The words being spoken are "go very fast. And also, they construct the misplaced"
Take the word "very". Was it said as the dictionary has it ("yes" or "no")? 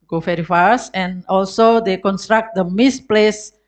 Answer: no